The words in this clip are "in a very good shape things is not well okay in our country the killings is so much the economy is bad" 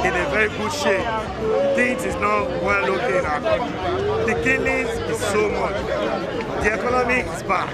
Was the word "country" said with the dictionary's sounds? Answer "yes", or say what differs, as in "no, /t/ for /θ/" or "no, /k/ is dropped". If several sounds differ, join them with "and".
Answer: no, /n/ is dropped